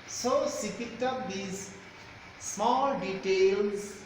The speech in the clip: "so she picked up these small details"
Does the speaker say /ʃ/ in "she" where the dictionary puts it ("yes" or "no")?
no